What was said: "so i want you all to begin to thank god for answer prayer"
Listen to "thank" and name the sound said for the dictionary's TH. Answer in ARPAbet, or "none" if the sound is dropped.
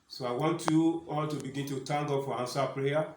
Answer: T